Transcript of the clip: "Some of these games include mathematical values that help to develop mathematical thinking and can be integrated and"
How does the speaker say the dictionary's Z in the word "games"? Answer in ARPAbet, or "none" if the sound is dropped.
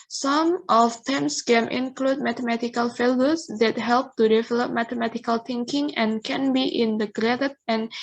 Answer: none